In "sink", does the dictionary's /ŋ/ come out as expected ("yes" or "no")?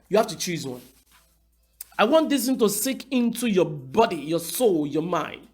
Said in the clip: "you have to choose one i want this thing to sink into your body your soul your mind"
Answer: no